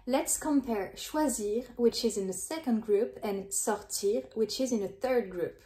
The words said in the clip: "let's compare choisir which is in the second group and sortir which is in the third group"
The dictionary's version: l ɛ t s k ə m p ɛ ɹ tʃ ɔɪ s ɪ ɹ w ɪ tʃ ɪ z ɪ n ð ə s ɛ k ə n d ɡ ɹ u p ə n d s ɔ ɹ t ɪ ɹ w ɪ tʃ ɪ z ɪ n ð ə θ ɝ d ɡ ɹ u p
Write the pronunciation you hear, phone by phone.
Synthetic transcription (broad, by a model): l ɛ t s k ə m p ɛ ɹ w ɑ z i ɹ w ɪ tʃ ɪ z ɪ n ð ə s ɛ k ə n d ɡ ɹ u p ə n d s ɔ ɹ t ɪ ɹ w ɪ tʃ ɪ z ɪ n ð ə θ ɝ d ɡ ɹ u p